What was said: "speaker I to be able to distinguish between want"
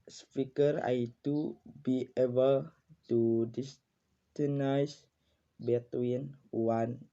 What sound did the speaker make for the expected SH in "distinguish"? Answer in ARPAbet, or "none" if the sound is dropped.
S